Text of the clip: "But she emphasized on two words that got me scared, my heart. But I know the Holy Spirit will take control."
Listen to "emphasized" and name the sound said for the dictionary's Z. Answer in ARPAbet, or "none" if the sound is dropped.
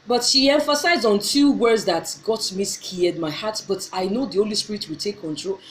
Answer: Z